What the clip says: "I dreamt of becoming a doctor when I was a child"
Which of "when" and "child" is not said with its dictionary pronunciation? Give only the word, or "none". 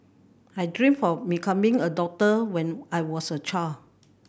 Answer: child